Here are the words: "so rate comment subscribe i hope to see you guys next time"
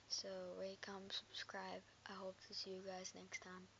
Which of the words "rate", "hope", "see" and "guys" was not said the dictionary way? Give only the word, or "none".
rate